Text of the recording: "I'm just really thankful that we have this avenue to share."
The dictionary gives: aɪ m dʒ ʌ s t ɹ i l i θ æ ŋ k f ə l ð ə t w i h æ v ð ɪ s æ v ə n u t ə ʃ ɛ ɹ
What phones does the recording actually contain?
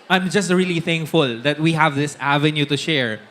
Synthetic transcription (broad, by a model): aɪ m dʒ ʌ s t ɹ i l i θ æ ŋ k f ə l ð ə t w i h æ v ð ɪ s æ v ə n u t ə ʃ ɛ ɹ